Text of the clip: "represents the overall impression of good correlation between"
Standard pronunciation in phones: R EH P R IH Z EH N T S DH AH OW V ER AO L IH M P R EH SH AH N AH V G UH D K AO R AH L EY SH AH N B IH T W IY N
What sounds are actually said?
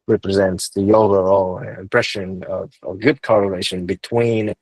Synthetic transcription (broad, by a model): R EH P R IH Z EH N T S DH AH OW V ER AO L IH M P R EH SH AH N AH V G UH D K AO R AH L EY SH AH N B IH T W IY N